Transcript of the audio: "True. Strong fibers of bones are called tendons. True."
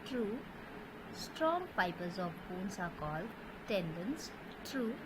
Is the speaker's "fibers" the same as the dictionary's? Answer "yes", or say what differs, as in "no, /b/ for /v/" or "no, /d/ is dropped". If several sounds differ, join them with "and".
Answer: no, /p/ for /f/